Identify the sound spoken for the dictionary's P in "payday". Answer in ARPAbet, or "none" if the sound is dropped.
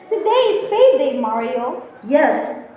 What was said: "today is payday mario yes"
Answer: F